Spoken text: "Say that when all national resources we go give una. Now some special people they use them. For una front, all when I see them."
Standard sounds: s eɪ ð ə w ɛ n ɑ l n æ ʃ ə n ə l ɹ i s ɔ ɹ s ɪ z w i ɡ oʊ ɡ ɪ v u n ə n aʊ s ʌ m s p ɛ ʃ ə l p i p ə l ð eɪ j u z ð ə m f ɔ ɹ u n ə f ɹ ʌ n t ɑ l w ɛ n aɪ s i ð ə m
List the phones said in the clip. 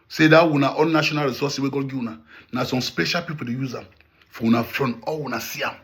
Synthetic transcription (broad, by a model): s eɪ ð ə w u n ɑ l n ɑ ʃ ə n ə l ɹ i s ɔ s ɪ w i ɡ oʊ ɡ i w u n ə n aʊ s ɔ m s p ɛ ʃ ə l p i p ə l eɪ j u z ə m f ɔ w u n ə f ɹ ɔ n ɑ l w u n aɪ s i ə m